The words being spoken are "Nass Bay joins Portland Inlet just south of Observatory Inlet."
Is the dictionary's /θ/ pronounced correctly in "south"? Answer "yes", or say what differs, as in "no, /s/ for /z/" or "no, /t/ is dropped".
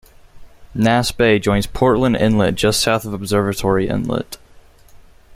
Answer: yes